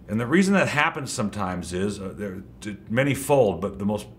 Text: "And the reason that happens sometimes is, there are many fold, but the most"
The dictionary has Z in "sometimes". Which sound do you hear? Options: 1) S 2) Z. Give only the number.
2